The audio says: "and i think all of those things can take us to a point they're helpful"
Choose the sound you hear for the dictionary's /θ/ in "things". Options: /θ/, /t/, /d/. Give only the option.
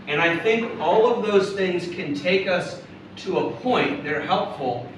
/θ/